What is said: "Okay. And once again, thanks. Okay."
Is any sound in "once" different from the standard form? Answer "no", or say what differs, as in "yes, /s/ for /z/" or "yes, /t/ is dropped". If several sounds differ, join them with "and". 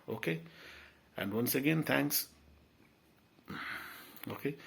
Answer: no